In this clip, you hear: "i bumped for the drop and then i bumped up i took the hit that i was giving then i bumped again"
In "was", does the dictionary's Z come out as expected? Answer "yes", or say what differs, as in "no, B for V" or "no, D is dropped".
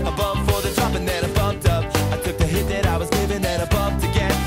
yes